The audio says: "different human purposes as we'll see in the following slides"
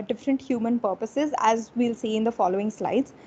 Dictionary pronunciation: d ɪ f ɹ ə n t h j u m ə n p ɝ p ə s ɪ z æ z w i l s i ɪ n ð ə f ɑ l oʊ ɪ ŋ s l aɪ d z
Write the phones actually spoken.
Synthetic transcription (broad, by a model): d ɪ f ɹ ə n t h j u m ə n p ɝ p ə s ɪ z æ z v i l s i ɪ n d ə f ɑ l oʊ ɪ ŋ s l aɪ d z